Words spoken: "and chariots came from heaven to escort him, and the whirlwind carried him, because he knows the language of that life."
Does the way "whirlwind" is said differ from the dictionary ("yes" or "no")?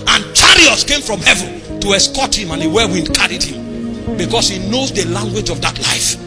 yes